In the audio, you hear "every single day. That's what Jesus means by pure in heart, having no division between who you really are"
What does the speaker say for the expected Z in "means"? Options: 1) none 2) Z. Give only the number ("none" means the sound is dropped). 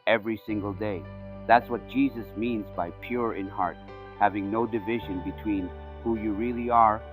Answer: 2